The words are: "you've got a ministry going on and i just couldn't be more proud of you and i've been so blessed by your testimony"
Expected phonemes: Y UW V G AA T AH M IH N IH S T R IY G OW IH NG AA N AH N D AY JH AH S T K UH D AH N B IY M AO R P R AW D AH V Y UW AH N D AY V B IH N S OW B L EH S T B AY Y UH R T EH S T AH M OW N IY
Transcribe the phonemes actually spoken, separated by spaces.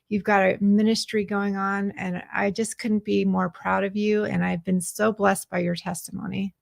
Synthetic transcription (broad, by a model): Y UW V G AA T AH M IH N IH S T R IY G OW IH NG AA N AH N AY JH AH S K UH D N B IY M AO R P R AW D AH V Y UW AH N AY V B IH N S OW B L EH S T B AY Y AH R T EH S T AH M OW N IY